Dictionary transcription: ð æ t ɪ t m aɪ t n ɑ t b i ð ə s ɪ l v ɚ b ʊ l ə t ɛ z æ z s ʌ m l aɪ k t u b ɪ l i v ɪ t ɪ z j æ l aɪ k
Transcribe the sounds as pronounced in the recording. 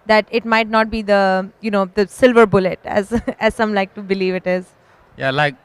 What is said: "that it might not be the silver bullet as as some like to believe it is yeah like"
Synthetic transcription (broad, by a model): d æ t ɪ t m aɪ t n ɑ t b i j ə s ɪ l v ɚ b ʊ l ə t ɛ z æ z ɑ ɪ m l aɪ k t u b ɪ l i v ɪ t ɪ z j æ l aɪ k